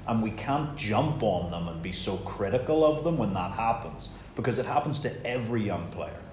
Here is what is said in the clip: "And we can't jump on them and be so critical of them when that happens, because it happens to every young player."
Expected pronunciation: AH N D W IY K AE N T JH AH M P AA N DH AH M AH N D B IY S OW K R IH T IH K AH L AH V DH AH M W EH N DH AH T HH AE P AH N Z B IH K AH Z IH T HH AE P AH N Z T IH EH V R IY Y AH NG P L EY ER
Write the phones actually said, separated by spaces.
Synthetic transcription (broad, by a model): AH N W IY K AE N JH AH M P N DH AH M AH N B IY S OW K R IH T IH K L AH V DH AH M W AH N DH AH T HH AE P AH N Z B IH K AH Z IH T HH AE P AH N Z T IH EH V R IY Y AH NG P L EY ER